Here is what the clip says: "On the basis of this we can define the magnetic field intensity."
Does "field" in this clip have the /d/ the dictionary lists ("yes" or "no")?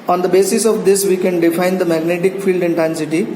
yes